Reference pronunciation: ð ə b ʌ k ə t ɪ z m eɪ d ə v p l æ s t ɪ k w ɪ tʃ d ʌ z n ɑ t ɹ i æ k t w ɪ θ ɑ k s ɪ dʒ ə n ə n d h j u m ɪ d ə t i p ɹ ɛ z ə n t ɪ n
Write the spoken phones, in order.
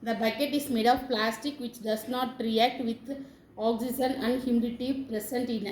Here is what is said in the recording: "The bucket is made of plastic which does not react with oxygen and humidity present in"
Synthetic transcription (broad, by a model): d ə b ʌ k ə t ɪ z m eɪ d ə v p l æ s t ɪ k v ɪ tʃ d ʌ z n ɑ t ɹ i æ k t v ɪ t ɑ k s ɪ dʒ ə n ə n d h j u m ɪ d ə t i p ɹ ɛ s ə n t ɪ n